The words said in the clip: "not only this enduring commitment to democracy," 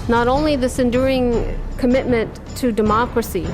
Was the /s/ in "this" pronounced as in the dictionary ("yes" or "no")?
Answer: yes